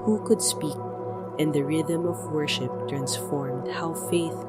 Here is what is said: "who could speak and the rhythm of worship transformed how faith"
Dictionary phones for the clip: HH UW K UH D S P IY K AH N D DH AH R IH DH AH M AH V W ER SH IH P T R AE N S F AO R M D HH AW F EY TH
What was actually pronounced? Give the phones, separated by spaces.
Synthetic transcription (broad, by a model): HH UW K UH D S P IY K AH N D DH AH R IH DH AH M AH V W ER SH IH P T R AE N S F AO R M D HH AW F EY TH